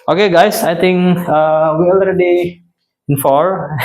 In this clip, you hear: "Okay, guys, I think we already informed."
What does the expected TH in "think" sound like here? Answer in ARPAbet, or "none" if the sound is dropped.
T